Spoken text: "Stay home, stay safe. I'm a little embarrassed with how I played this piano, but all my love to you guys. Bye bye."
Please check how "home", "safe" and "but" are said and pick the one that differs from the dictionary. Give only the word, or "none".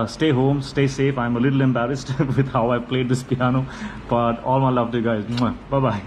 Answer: none